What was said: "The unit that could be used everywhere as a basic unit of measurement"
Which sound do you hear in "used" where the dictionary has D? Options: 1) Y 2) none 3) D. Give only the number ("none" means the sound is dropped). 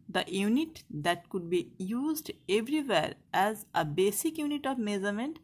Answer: 3